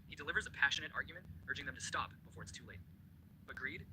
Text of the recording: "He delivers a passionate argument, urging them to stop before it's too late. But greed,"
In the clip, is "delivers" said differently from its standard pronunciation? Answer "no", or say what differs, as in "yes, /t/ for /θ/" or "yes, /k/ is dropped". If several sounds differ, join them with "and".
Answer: no